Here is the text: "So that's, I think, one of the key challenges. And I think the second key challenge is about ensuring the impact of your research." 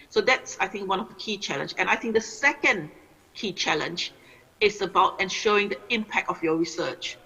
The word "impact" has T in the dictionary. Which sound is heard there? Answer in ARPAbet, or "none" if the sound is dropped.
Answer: T